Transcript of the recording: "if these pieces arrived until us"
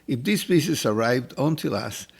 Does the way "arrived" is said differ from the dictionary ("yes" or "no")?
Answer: no